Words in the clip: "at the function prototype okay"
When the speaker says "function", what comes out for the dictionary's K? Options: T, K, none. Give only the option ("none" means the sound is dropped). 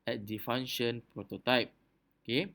none